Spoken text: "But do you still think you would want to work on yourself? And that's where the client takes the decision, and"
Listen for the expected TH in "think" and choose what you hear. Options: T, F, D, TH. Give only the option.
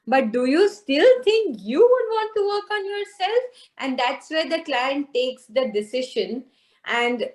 T